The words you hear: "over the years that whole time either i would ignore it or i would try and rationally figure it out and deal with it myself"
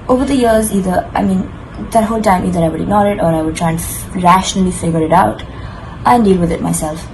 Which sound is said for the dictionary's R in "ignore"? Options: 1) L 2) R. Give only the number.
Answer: 1